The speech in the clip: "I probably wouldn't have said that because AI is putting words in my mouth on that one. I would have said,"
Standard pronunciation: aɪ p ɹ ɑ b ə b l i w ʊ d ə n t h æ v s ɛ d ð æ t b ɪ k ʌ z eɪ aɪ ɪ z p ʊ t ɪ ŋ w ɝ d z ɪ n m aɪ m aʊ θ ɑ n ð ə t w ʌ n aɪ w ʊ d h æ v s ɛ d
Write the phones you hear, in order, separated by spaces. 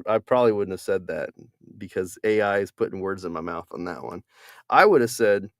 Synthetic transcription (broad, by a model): aɪ p ɹ ɑ b ə b l i w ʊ d n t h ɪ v s ɛ d ð æ t b ɪ k ʌ z eɪ aɪ ɪ z p ʊ t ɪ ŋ w ɝ d z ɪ n m aɪ m aʊ θ n ð ə t w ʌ n aɪ w ʊ d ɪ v s ɛ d